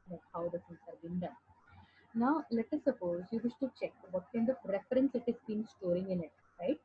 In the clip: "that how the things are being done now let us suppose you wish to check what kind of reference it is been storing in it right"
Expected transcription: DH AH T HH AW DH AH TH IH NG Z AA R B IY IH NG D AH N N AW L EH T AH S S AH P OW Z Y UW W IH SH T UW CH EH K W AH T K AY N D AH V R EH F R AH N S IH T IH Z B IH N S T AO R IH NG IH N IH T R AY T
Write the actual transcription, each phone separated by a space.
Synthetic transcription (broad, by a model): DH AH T HH AW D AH S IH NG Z AA R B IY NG D AH N N AW L EH T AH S S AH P OW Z Y UW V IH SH T UW CH EH K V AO T K AY N D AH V R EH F R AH N S IH T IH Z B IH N S T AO R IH NG IH N IH T R AY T